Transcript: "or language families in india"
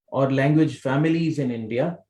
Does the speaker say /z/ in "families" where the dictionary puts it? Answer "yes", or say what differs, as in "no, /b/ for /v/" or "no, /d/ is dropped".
yes